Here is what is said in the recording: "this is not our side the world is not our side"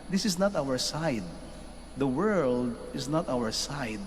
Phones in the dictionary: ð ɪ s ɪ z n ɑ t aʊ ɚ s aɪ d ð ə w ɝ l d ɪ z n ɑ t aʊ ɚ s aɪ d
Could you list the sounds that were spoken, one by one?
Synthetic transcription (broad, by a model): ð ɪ s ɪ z n ɑ t aʊ ɚ s aɪ d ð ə w ɝ l d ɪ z n ɑ t aʊ ɚ s aɪ d